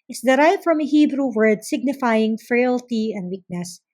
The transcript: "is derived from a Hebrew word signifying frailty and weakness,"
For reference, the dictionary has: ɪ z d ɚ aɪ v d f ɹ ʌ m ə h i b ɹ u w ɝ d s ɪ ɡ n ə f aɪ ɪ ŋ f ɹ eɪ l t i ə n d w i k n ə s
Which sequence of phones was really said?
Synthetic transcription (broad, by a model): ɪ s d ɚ aɪ v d f ɹ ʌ m ə h i b ɹ u w ɝ d s ɪ ɡ n ə f aɪ ɪ ŋ f ɹ eɪ l t i ə n d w i k n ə s